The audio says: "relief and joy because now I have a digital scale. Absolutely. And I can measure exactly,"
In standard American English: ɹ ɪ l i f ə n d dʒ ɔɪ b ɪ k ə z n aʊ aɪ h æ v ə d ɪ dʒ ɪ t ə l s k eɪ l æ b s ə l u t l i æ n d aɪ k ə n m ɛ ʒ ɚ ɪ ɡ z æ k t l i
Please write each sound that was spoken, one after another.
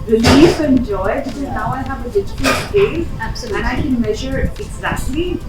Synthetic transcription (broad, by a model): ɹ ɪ l i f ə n dʒ ɔɪ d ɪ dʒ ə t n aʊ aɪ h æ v ə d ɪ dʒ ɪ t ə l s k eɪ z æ s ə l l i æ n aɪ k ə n m ɛ ʒ ɚ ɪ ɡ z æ k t l i